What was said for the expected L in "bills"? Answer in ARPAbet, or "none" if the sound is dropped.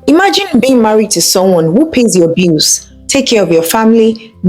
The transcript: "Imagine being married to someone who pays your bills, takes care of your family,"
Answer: none